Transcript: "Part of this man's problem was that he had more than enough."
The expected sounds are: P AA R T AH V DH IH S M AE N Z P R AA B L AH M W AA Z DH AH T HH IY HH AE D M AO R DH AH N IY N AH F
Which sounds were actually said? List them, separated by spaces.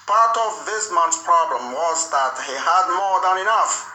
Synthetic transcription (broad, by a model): P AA R T AH V DH IH S M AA N S P R AA B L AH M W AA Z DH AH T HH IY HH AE D M AO R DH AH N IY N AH F